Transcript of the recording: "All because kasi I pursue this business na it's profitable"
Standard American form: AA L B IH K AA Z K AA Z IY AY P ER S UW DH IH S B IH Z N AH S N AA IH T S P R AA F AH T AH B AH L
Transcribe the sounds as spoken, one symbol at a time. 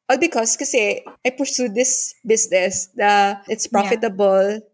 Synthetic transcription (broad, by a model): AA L B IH K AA S K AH S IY AY P ER S UW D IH S B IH S N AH S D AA IH T S P R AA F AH T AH B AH L